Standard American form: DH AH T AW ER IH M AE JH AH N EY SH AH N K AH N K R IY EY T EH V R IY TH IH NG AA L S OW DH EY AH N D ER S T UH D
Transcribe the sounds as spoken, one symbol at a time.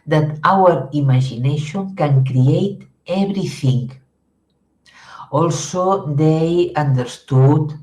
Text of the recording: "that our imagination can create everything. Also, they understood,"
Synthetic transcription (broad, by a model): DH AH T AW ER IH M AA ZH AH N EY SH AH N K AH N K R IY EY T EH B R IY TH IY NG AA L S OW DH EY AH N D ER S T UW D